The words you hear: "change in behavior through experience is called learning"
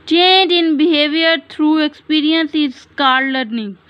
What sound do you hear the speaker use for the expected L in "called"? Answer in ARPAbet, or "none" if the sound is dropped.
none